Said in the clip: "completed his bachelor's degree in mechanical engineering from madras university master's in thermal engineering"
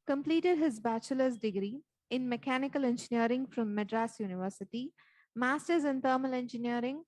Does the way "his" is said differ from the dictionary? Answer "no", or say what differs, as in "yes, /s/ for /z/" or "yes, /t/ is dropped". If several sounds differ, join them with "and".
no